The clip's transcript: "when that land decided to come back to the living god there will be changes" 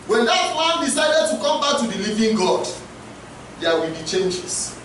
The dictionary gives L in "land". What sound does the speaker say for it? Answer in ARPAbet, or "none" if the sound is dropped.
W